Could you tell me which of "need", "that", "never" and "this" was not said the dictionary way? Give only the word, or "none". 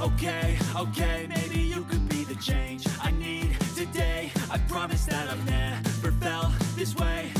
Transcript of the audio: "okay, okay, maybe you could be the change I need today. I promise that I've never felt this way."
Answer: never